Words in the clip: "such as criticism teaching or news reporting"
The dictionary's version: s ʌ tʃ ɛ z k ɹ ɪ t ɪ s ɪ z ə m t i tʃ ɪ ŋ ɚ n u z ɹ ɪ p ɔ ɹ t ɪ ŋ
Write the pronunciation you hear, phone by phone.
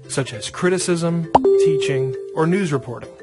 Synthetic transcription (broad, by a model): s ʌ tʃ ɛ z k ɹ ɪ t ɪ s ɪ z ə m t i tʃ ɪ ŋ ɚ n u z ɹ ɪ p ɔ ɹ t ɪ ŋ